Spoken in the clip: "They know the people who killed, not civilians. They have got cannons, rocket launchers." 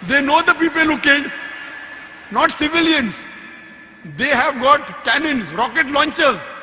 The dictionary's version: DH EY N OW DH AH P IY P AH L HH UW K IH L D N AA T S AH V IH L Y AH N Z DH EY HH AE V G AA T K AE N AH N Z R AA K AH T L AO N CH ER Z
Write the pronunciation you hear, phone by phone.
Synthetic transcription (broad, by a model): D EY N OW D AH P IY P AH L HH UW K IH D N AA T S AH V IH L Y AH N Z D EY HH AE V G AA T K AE N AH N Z R AA K AH T L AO N CH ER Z